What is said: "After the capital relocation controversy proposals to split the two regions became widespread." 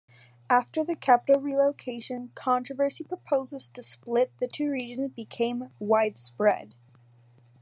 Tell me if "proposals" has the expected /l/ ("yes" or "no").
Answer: no